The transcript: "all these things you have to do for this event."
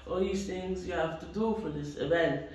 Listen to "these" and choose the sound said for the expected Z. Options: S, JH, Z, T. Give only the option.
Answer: S